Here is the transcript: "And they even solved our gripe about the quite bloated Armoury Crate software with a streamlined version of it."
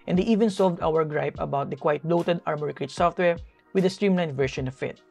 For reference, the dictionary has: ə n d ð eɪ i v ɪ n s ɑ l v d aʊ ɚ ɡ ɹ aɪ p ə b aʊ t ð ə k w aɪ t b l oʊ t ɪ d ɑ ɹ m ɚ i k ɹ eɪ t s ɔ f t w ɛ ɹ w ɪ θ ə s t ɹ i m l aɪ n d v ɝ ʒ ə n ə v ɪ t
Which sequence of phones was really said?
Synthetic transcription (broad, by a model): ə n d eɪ i v ɪ n s ɑ l v d aʊ ɚ ɡ ɹ aɪ p ə b aʊ t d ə k w aɪ t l oʊ t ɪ d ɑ ɹ m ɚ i k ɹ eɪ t s ɔ f t w ɛ ɹ w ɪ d ə s t ɹ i m l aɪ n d v ɝ ʃ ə n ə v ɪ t